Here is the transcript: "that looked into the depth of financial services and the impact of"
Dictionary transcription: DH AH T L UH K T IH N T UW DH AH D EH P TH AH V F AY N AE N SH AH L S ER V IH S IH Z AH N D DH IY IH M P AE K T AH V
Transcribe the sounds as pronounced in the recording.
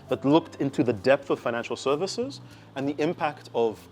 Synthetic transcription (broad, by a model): DH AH T L UH K T IH N T UW DH AH D EH P TH AH V F AY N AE N SH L S ER V IH S IH Z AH N DH IY IH M P AE K T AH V